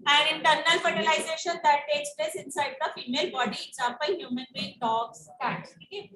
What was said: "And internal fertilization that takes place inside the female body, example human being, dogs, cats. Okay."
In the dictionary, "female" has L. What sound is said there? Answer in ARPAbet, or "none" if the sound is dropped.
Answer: L